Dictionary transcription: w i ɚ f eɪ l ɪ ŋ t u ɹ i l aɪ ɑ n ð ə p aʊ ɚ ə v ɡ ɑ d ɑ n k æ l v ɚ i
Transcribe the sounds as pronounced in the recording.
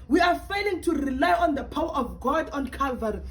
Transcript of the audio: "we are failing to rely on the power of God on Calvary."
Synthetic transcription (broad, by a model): w i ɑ f eɪ l ɪ ŋ t u ɹ i l aɪ ɑ n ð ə p aʊ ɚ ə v ɡ ɑ d ɑ n k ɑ l v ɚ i